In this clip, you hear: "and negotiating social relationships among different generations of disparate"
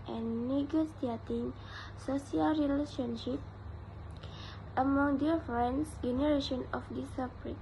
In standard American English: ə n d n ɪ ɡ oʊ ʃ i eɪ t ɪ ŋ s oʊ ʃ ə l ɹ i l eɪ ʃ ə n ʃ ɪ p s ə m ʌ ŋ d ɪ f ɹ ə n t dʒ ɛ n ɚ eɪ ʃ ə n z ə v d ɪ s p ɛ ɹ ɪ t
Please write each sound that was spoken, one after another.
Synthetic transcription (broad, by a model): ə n n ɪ ɡ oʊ s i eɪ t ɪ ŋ s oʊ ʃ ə l ɹ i l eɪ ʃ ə n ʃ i p ə m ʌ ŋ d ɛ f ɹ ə n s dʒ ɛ n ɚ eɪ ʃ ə n ə f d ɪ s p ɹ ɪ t